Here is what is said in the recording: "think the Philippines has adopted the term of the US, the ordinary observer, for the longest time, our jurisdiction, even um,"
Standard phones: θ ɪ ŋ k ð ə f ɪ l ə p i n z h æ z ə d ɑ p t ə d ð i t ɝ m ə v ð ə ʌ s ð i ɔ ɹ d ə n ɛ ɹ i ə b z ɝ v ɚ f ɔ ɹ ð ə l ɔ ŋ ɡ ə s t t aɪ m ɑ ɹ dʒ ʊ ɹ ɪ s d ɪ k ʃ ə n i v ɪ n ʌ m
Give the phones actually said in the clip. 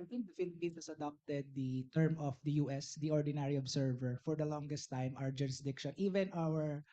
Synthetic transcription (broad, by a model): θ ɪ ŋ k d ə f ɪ l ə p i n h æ s ə d ɑ p t ə d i t ɝ m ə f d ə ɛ s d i ɔ ɹ d ə n ɛ ɹ i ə b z ɝ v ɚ f ɔ ɹ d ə l ɔ ŋ ɡ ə s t t aɪ m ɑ w dʒ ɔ ɹ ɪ s d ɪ k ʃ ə n i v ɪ n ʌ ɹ